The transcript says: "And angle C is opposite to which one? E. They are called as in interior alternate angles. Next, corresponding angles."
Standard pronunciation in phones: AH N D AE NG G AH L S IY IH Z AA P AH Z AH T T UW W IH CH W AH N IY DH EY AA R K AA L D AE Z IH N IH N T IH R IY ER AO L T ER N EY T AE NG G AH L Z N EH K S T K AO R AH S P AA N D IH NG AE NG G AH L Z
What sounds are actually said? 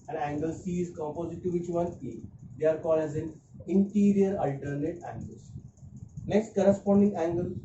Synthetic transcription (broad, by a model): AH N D AE NG G AH L S IY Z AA P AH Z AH T T UW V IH CH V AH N IY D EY AA R K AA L AE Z IH N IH N T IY R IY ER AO L T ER N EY T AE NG G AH L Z N EH K S T K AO R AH S P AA N D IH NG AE NG G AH L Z